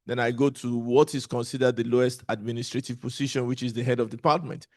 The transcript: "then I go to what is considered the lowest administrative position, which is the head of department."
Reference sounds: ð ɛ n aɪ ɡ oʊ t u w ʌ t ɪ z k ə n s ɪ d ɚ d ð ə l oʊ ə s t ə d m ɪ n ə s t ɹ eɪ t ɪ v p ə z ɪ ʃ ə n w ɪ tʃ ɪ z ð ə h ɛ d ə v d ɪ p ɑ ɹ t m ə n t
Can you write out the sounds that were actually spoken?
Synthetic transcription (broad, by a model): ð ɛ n aɪ ɡ oʊ t u w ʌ t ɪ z k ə n s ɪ d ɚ d ð ə l oʊ ə s t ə d m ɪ n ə s t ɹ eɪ t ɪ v p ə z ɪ ʃ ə n w ɪ tʃ ɪ z ð ə h ɛ d ə v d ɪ p ɑ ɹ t m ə n t